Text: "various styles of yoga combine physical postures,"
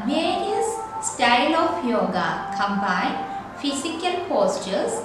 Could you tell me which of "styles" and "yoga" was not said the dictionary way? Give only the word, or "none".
styles